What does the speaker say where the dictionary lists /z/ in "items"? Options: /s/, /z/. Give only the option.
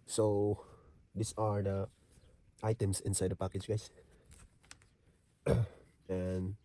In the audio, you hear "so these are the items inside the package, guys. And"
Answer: /s/